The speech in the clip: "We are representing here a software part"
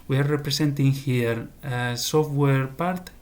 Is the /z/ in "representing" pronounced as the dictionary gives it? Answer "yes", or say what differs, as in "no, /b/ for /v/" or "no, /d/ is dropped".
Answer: no, /s/ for /z/